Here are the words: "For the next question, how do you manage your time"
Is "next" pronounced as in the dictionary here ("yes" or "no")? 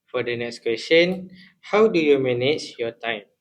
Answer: yes